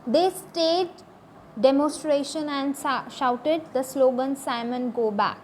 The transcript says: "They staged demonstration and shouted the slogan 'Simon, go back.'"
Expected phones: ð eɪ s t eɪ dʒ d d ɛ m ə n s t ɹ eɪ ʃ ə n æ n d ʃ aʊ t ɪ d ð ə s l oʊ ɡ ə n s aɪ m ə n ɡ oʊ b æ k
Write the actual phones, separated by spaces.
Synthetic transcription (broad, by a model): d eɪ s t eɪ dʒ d d ɛ m ə n s t ɹ eɪ ʃ ə n æ n d ʃ aʊ t ɪ d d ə s l oʊ ɡ ə n s aɪ m ə n ɡ oʊ b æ k